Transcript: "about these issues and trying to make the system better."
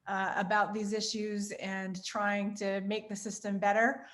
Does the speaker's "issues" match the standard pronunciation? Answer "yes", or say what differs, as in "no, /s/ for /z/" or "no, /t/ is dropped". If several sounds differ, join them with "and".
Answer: yes